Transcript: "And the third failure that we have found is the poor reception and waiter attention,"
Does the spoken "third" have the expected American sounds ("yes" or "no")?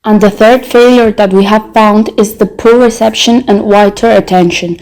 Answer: yes